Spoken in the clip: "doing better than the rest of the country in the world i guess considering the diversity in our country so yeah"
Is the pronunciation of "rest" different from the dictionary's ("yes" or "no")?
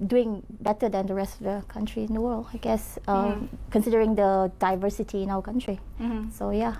no